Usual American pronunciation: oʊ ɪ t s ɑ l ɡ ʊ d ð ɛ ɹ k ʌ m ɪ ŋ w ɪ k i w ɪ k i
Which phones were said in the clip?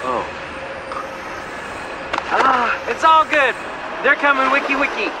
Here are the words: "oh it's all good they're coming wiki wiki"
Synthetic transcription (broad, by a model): oʊ ɪ t s ɑ l ɡ ʊ d ð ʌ ɹ k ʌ m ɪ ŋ w ɪ k i w ɪ k i